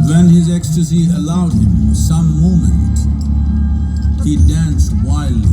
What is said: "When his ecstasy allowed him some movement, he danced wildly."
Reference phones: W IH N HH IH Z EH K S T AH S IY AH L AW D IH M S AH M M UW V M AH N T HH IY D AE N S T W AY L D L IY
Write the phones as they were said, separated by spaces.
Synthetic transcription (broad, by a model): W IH N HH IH Z EH K S T AH S IY AH L AW D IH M S AH M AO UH M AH N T HH IY D AE N S T W AY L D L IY